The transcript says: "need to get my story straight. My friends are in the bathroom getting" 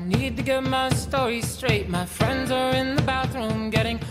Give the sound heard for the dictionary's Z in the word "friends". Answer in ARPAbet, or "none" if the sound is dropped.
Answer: Z